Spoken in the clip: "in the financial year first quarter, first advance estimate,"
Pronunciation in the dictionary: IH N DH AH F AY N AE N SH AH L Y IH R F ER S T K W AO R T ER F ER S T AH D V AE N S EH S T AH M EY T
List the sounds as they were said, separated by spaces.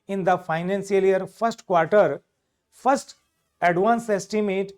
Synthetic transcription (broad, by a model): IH N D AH F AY N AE N S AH L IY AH R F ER S T K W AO R T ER F ER S T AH D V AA N S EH S T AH M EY T